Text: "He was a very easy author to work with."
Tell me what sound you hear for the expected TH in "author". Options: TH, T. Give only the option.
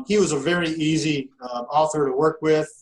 TH